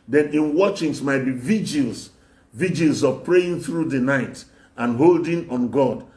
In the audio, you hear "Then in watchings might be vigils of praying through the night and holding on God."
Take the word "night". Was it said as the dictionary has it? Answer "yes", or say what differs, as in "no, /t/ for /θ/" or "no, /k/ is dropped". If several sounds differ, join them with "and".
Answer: yes